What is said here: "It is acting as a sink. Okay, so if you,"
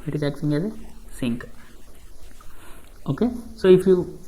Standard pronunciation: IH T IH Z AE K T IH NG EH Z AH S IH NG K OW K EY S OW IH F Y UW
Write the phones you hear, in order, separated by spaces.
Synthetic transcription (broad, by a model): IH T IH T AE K S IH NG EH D AH S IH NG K OW K EY S OW IH F Y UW